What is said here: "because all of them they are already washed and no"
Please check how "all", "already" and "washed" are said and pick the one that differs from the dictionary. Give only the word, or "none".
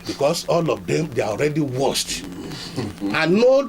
washed